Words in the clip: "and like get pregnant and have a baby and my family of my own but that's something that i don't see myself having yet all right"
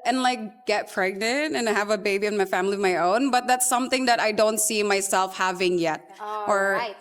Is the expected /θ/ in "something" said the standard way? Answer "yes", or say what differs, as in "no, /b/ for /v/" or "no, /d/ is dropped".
yes